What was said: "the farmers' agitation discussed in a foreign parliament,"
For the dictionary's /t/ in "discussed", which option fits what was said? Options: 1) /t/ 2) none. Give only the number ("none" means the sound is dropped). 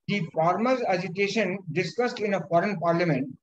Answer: 1